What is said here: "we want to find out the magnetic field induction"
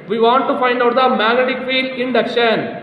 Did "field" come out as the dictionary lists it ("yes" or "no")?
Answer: no